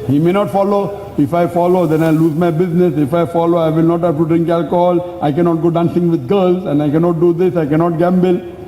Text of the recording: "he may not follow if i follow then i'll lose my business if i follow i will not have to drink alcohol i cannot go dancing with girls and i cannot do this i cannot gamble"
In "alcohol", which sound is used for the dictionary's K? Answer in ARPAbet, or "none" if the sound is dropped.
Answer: K